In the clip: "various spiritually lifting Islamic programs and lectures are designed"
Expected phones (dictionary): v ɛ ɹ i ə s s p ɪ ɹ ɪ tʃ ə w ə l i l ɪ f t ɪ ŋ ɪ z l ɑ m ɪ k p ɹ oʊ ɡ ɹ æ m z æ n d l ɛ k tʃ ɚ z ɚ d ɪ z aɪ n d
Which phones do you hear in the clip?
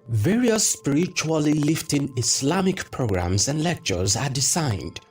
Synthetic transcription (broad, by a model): v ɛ ɹ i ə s s p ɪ ɹ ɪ tʃ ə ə l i l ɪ f t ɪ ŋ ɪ s l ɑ m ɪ k p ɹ oʊ ɡ ɹ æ m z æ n d l ɛ k tʃ ɚ z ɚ d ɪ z aɪ n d